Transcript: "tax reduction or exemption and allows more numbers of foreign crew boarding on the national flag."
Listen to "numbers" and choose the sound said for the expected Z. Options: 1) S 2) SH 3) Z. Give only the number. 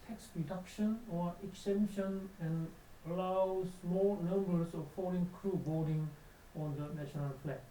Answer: 1